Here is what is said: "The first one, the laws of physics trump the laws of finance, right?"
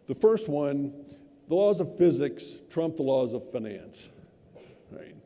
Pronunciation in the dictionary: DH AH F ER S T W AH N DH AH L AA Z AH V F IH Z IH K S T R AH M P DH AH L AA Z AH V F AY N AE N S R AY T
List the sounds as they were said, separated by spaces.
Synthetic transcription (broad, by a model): DH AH F ER S T W AH N DH AH L AA Z AH V F IH Z IH K S T R AH M P DH AH L AA Z AH V F AY N AE N S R AY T